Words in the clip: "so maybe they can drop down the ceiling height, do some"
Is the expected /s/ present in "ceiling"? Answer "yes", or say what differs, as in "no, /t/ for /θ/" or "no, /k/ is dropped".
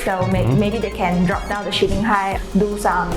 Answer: no, /ʃ/ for /s/